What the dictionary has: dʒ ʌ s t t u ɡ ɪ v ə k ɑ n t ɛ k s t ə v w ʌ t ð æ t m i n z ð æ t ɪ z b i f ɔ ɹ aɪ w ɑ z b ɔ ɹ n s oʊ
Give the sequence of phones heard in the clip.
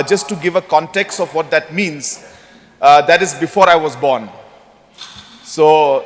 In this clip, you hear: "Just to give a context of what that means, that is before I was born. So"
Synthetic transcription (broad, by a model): dʒ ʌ s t t u ɡ ɪ v ə k ɑ n t ɛ k s t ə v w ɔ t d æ t m i n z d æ t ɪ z b i f ɔ ɹ aɪ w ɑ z b ɔ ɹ n s oʊ